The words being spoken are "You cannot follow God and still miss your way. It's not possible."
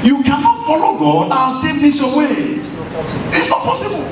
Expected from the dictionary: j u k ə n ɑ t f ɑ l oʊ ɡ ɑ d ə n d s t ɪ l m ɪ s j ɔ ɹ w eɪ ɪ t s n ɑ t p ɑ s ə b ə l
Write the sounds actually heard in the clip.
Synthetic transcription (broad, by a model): j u k ə n ɑ t f ɑ l oʊ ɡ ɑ ə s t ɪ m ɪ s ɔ w eɪ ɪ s n ɑ t p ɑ s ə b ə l